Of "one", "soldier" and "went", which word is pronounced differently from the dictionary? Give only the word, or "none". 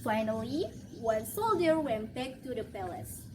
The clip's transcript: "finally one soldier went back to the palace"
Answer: none